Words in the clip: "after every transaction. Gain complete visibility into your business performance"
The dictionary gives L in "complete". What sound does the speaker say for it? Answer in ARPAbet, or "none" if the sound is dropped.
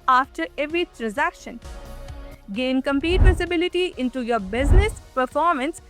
none